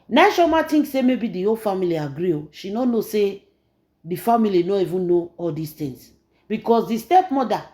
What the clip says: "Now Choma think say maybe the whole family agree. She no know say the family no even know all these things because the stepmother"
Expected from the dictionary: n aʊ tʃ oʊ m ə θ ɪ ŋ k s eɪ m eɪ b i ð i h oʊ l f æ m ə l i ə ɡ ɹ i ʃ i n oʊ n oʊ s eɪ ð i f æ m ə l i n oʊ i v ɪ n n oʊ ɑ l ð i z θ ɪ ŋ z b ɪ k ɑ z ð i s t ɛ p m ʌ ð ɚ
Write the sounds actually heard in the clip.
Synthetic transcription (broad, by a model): n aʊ ʃ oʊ m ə t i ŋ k s eɪ m eɪ b i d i oʊ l f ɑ m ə l i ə ɡ ɹ i ʃ i n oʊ n oʊ s eɪ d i f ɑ m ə l i n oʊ i v ɪ n n oʊ ɑ l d i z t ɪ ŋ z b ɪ k ɑ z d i s t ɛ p m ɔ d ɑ